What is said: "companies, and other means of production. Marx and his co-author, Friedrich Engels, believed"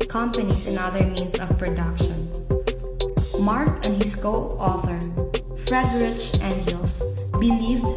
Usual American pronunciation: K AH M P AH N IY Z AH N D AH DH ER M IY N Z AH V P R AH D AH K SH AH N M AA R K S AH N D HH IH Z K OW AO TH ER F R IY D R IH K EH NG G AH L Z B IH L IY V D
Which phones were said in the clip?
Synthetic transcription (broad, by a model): K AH M P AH N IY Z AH N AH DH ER M IY N S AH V P R AH D AH K SH AH N M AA R K AH N D HH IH S K OW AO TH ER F R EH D R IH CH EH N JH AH L S B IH L IY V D